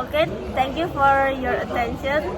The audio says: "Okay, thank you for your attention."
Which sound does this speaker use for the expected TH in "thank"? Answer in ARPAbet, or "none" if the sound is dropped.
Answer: T